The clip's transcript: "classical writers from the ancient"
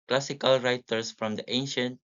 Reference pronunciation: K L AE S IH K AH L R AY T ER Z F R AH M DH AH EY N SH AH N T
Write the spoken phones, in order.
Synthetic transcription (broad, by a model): K L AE S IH K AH L R AY T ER S F R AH M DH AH EY N SH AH N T